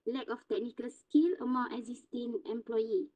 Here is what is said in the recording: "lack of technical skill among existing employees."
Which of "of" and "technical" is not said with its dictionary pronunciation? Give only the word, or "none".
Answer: of